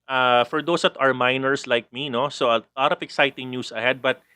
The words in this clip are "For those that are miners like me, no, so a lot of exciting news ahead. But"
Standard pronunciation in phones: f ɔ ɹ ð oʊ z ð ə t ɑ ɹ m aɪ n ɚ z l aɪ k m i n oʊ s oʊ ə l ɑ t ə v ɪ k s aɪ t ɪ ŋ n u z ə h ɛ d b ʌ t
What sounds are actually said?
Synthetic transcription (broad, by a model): f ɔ ɹ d oʊ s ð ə t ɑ ɹ m aɪ n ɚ s l aɪ k m i n oʊ s oʊ ə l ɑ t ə f ɪ k s aɪ t ɪ ŋ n u s ə h ɛ d b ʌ t